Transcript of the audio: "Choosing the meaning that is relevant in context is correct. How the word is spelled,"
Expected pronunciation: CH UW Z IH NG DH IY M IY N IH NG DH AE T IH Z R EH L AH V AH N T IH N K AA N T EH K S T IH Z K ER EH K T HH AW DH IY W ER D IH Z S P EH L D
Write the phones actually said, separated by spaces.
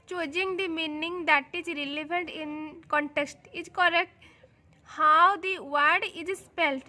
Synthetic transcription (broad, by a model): CH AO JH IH NG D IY M IY N IH NG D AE T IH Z R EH L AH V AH N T IH N K AA N T EH K S T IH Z K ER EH K T HH AW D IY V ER D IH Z S P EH L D